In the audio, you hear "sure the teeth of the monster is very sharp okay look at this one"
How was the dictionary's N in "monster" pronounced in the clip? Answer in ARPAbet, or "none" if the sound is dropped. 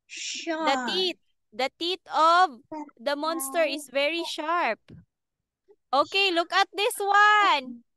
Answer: N